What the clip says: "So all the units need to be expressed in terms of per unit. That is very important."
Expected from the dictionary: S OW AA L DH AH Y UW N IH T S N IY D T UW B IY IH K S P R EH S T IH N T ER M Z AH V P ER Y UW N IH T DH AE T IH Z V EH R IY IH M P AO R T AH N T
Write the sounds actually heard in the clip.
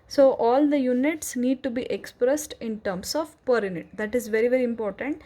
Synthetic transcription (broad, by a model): S OW AA L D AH Y UW N IH T S N IY D T UW B IY IH K S P R EH S T IH N T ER M S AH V P ER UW N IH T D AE T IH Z V EH R IY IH M P AO R T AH N T